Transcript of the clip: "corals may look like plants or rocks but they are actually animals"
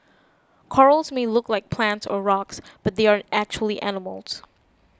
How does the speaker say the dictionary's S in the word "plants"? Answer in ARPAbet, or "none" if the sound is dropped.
S